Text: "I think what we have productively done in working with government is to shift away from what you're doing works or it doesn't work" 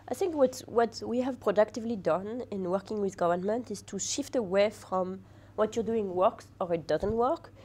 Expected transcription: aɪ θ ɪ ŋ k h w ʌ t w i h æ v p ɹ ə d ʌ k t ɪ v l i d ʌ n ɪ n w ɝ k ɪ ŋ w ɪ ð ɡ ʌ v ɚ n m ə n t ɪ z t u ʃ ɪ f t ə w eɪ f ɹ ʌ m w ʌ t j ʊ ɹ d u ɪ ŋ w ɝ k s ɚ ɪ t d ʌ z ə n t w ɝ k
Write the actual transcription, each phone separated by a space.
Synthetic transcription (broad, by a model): aɪ θ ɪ ŋ k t w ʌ t w i h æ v p ɹ ə d ʌ k t ɪ v l i d ʌ n ɪ n w ɝ k ɪ ŋ w ɪ ð ɡ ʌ v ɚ n m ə n t ɪ z t u ʃ ɪ f t ə w eɪ f ɹ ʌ m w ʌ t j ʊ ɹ d u ɪ ŋ w ɝ k s ɚ ɪ t d ʌ z ə n t w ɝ k